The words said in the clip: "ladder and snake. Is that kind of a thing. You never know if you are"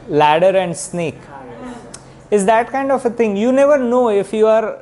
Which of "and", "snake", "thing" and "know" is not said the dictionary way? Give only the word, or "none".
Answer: thing